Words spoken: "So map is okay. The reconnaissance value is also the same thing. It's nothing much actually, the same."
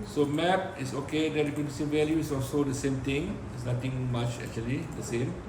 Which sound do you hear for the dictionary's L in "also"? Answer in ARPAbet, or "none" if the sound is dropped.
L